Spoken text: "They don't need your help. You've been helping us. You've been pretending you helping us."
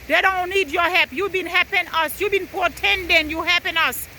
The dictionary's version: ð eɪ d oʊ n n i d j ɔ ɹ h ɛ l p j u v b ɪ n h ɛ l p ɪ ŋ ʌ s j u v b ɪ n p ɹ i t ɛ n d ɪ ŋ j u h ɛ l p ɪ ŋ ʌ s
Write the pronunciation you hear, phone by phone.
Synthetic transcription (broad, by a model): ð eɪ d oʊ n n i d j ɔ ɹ h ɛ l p j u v b ɪ n h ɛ p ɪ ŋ ʌ s j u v b ɪ n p i t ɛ n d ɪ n j u h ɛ p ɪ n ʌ s